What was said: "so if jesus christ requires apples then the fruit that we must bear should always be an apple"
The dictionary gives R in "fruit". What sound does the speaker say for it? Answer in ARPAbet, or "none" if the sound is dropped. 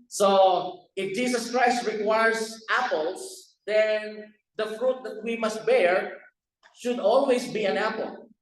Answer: R